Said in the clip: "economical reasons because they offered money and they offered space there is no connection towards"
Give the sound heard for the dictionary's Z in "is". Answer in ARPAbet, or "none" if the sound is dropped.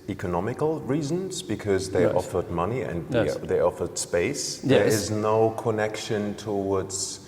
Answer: Z